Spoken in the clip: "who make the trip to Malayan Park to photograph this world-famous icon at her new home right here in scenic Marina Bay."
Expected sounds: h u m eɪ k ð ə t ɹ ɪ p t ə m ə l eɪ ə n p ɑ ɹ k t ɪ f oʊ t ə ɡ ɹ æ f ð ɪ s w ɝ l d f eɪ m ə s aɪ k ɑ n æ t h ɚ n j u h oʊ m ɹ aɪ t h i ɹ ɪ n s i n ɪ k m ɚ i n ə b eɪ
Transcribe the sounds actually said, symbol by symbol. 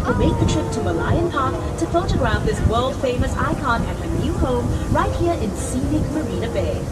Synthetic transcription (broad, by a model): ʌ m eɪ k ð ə t ɹ ɪ p t ə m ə l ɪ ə n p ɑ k t ɪ f oʊ t ə ɡ ɹ æ f ð ɪ s w ɝ l d f eɪ m ə s aɪ k ɑ n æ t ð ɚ n j u h oʊ m ɹ aɪ t h i ɹ ɪ n s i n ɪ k m ɚ i n ə b eɪ